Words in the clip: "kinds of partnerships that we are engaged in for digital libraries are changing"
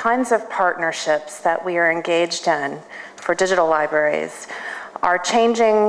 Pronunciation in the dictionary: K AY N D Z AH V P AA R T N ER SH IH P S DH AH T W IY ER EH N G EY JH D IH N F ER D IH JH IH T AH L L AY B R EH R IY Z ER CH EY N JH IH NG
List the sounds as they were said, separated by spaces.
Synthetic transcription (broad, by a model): AY N D Z AH V P AA R T N ER SH IH P S DH AH T W IY ER EH N G EY JH D IH N F ER D IH JH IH T L L AY B R EH R IY Z ER CH EY N JH IH NG